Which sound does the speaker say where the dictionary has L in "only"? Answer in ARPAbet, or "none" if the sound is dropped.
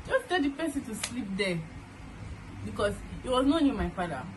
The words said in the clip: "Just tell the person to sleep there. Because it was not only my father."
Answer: none